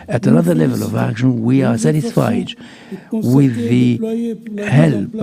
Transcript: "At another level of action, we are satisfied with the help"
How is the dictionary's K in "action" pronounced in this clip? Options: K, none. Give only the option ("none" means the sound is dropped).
K